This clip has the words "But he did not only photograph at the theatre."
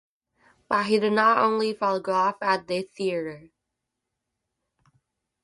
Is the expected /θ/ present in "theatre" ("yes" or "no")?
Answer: yes